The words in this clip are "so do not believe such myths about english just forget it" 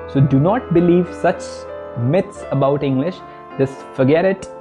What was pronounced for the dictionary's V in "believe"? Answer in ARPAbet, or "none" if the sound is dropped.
V